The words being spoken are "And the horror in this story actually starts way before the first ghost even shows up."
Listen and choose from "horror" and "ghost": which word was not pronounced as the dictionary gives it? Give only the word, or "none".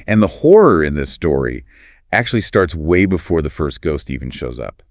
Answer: none